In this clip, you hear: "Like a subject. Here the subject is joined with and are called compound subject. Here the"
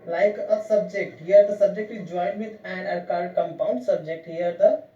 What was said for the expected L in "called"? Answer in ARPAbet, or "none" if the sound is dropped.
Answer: none